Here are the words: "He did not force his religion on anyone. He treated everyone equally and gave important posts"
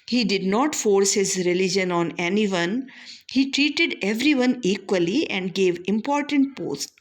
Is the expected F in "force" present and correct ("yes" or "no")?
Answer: yes